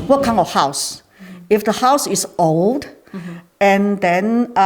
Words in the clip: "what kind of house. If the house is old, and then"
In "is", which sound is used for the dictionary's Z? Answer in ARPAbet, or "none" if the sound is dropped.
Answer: S